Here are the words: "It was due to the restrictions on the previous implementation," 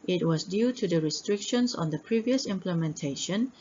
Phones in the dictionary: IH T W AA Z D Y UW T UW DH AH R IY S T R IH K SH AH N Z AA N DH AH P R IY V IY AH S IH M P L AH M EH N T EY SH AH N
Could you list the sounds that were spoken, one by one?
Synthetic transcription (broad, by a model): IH T W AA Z D Y UW T UW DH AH R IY S T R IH K SH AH N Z AA N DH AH P R IY V IY AH S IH M P L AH M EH N T EY SH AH N